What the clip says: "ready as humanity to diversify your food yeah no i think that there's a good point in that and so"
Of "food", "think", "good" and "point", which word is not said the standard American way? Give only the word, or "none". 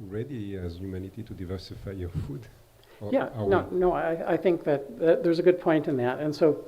none